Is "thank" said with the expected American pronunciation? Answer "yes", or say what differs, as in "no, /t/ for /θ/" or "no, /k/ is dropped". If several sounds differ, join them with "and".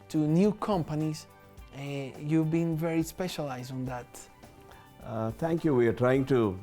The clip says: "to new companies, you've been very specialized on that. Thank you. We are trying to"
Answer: no, /t/ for /θ/